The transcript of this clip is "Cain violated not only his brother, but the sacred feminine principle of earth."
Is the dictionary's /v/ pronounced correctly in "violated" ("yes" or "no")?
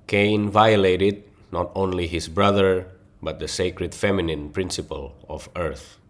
yes